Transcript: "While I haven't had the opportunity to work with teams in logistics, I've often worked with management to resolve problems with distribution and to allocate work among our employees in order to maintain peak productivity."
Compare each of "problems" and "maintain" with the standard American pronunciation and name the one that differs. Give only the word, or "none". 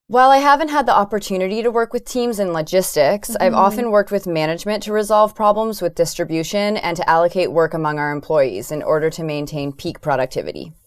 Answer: none